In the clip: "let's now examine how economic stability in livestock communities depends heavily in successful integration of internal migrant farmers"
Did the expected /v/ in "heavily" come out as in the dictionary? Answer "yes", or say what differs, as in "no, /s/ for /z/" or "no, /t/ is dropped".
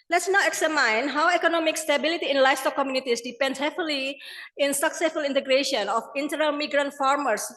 no, /f/ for /v/